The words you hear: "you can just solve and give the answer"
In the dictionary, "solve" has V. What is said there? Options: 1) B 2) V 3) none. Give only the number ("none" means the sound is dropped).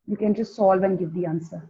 2